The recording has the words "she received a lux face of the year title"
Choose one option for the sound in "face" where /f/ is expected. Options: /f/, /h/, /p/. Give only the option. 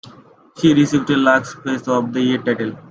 /p/